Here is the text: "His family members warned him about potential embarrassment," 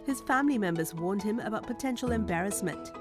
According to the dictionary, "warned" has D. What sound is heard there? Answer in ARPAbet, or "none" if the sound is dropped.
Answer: D